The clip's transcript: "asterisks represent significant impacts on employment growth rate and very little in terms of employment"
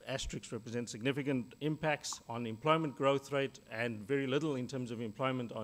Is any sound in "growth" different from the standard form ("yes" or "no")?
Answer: no